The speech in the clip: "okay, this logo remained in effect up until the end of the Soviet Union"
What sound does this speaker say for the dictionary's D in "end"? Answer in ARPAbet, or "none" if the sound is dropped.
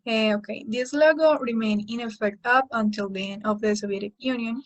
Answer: none